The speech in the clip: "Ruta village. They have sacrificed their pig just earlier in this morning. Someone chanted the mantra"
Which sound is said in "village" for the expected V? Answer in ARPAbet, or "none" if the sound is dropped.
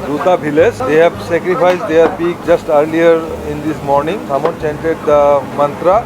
B